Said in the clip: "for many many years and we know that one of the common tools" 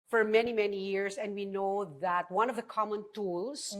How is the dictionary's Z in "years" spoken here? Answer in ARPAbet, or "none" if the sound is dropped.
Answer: S